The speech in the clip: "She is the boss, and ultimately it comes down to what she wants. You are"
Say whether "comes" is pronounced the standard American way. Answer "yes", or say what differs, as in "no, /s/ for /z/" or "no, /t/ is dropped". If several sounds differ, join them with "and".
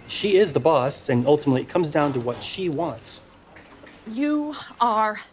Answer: yes